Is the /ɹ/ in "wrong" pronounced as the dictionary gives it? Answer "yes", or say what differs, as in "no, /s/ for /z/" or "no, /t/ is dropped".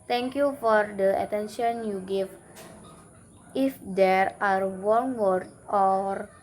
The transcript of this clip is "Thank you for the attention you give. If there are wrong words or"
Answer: no, /w/ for /ɹ/